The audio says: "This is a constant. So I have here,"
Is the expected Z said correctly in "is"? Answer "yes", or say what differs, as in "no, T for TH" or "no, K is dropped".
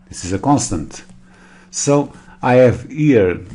yes